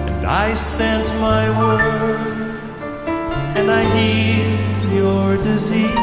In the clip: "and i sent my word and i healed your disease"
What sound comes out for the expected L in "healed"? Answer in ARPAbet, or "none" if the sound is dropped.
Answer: none